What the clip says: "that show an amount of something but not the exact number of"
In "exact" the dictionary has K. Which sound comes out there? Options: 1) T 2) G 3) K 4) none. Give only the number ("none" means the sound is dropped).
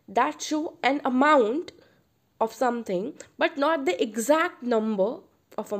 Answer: 3